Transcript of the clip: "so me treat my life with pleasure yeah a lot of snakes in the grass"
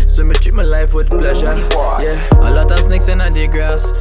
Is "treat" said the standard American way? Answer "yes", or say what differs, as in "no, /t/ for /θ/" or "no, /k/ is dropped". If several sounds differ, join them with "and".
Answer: no, /ɹ/ is dropped